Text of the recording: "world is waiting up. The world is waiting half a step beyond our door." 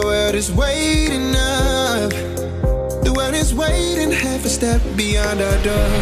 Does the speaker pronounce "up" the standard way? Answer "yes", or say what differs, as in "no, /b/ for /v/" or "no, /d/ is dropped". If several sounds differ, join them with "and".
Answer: no, /f/ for /p/